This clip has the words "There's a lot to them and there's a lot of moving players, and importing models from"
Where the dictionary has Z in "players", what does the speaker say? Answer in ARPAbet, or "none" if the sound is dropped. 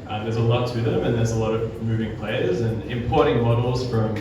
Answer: Z